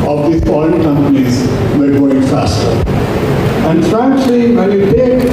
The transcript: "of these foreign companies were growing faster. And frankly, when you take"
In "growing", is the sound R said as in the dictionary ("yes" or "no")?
no